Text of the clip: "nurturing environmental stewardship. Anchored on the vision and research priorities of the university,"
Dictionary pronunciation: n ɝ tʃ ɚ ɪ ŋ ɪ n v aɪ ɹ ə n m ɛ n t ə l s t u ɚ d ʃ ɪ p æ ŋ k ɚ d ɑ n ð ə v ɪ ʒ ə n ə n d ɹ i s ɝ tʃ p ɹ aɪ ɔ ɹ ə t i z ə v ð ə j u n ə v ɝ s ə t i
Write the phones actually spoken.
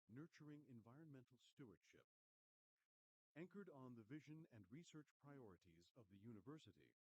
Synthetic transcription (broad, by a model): n ɝ tʃ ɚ ɪ ŋ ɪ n v aɪ ɹ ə n m ɛ n t l s t u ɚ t ʃ ɪ p æ ŋ k ɚ d n ð ə v ɪ ʒ ə n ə n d ɹ i s ɝ tʃ p ɹ aɪ ɔ ɹ ə t i z ə v ð ə j u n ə v ɝ s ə t i